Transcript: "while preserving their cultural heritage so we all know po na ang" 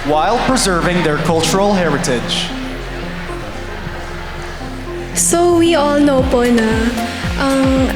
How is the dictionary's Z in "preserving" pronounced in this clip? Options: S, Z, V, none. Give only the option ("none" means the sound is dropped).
Z